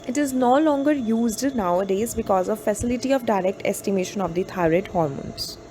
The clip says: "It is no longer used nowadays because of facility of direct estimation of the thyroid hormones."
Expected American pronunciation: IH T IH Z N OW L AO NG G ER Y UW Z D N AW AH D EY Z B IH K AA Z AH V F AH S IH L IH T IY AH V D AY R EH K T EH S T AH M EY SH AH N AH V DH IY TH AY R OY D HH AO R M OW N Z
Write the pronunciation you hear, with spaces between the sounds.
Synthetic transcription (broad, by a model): IH T IH Z N OW L AO NG G ER Y UW Z D N AW AH D EY Z B IH K AA Z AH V F AH S IH L IH T IY AH V D AY R EH K T EH S T AH M EY SH AH N AH V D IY T AY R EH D HH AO R M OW N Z